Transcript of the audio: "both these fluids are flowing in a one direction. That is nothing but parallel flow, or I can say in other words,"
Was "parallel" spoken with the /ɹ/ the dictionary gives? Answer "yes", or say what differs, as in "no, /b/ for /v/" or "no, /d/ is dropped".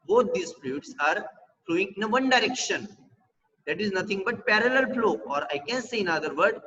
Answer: yes